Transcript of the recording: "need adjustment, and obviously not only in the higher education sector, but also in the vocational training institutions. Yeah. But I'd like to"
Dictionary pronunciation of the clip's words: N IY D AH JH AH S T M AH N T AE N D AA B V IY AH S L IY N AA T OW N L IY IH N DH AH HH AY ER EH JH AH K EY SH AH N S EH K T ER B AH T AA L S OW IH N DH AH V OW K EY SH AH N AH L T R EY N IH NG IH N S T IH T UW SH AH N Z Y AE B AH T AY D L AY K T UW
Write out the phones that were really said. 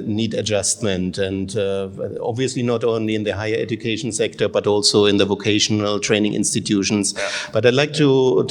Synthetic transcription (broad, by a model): N IY D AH JH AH S T M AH N T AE N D AA B V IY AH S L IY N AA T OW N L IY IH N DH AH HH AY ER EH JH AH K EY SH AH N S EH K T ER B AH T AA L S OW IH N DH AH V OW K EY SH AH N AH L T R EY N IH NG IH N S T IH T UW SH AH N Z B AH T AY D L AY K T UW